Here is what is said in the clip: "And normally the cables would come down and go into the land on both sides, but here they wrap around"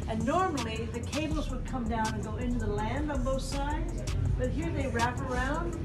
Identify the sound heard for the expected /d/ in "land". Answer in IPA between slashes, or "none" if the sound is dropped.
/d/